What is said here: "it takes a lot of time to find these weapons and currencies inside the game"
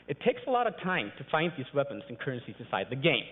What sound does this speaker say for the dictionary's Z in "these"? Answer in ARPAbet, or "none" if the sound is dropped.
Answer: Z